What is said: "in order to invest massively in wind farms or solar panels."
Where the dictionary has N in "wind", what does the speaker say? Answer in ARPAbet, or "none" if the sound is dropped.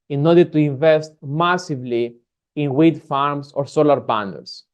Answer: none